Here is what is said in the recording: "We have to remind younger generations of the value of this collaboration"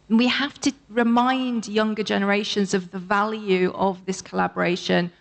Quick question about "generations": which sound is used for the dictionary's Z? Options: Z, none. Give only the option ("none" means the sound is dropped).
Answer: Z